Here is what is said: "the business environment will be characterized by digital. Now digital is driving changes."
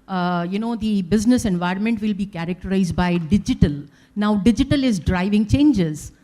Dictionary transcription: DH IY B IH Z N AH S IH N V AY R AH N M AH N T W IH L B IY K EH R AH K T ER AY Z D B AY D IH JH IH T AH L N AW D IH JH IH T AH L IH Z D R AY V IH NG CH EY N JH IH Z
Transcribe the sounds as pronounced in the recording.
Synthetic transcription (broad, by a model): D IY B IH Z N AH S IH N V AY R AH N M AH N T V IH L B IY K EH R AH K T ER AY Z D B AY D IH JH IH T AH L N AW D IH JH IH T AH L IH Z D R AY V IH NG CH EY N JH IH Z